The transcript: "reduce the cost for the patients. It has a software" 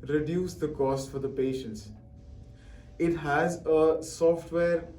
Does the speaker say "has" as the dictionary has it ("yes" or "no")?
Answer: yes